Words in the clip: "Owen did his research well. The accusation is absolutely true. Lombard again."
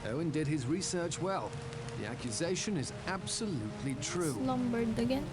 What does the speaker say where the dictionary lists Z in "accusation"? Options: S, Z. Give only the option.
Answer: Z